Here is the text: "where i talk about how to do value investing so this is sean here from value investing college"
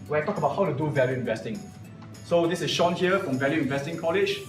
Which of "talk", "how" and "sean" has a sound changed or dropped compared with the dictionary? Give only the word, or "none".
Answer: none